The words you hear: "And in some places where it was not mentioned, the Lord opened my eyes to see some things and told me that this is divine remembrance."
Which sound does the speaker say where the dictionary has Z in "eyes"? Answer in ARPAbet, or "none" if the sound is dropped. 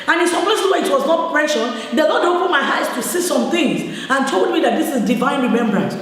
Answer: S